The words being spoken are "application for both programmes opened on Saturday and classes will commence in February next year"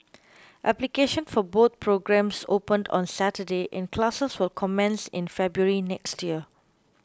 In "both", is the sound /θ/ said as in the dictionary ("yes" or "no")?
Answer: no